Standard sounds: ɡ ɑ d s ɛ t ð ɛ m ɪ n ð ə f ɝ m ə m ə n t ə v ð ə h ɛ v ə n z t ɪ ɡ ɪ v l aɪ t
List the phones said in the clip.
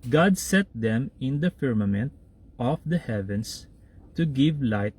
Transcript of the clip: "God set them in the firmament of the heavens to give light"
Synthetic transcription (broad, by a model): ɡ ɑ d s ɛ t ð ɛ m ɪ n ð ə f ɝ m ə m ə n t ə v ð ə h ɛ v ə n s t ɪ ɡ ɪ v l aɪ t